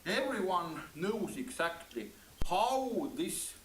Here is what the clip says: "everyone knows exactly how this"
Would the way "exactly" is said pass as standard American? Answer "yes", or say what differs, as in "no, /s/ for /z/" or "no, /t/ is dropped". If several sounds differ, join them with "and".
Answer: no, /s/ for /z/